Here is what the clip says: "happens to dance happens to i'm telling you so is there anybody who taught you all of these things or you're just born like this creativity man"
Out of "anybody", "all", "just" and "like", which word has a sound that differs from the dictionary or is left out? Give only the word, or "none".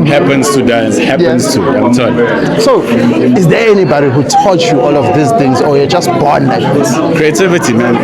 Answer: none